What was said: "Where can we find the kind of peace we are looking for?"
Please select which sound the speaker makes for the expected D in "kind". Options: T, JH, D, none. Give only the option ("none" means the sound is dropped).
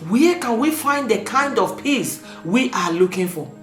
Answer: D